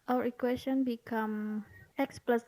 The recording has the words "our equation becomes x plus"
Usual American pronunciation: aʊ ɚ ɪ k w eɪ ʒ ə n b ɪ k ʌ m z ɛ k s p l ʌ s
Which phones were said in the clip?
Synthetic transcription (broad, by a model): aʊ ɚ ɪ k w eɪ s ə n b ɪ k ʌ m ɛ k s p l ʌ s